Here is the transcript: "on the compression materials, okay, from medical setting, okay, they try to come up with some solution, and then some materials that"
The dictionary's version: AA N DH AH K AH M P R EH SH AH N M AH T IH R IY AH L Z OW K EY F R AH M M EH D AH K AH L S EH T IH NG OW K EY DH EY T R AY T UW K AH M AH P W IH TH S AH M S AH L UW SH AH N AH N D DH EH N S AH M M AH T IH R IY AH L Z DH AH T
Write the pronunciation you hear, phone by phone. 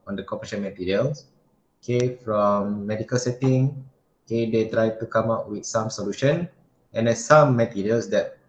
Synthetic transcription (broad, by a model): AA N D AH K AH P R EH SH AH N M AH T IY R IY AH L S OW K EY F R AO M M EH D AH K AH L S EH T IH NG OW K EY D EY T R AY T UW K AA M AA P W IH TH S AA M S AH L UW SH AH N AH N D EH S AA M M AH T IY R IY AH L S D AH T